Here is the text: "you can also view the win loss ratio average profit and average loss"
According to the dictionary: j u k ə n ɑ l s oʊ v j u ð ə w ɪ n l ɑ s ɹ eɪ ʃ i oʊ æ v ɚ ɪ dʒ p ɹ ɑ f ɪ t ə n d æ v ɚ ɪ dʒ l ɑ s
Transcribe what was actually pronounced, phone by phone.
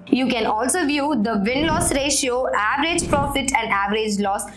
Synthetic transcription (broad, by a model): j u k ə n ɑ l s oʊ v j u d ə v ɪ n l ɑ s ɹ eɪ ʃ i oʊ æ v ɚ ɪ dʒ p ɹ ɑ f ɪ t ə n d æ v ɚ ɪ dʒ l ɑ s